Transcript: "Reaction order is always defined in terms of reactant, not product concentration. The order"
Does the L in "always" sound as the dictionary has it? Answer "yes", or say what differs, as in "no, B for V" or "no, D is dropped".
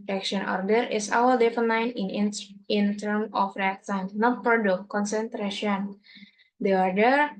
no, L is dropped